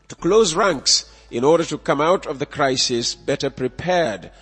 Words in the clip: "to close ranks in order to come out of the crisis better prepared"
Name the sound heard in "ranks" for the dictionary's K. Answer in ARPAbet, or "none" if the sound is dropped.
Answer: K